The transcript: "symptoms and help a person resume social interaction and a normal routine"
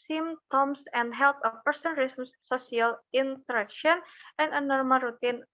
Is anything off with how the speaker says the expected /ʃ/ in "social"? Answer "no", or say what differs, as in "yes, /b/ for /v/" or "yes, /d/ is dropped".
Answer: yes, /s/ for /ʃ/